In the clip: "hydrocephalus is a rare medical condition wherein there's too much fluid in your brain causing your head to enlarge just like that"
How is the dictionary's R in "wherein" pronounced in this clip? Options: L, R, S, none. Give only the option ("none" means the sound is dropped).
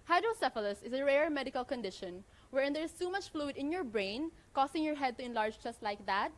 R